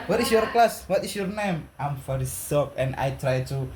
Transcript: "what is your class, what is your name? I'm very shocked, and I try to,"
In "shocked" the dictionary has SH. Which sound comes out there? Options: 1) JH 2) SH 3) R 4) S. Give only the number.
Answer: 4